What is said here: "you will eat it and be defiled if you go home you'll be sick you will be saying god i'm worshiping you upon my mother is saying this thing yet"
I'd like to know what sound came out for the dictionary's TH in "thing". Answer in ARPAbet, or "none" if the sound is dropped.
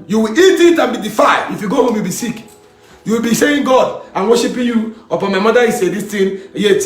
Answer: T